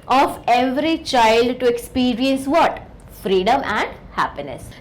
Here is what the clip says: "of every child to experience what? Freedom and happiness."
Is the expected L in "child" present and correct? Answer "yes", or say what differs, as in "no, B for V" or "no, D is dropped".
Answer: yes